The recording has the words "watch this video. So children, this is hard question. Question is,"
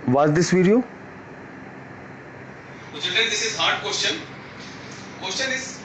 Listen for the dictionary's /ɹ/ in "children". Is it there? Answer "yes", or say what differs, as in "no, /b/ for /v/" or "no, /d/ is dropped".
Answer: no, /ɹ/ is dropped